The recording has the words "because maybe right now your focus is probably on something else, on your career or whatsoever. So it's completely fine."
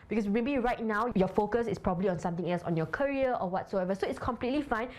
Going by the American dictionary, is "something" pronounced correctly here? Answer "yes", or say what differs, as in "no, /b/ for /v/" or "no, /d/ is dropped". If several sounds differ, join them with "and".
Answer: no, /t/ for /θ/